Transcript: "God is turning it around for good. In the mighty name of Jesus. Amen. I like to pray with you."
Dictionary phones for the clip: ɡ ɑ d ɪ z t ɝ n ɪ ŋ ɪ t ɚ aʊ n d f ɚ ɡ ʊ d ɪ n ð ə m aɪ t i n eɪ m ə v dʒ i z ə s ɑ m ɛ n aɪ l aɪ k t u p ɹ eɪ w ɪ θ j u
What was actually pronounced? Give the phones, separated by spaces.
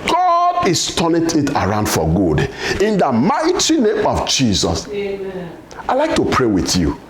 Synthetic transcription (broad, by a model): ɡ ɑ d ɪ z t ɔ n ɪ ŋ ɪ t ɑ aʊ n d f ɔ ɡ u d ɪ n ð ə m aɪ t i n eɪ m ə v dʒ i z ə s ɑ ɪ l aɪ k t u p ɹ eɪ w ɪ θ j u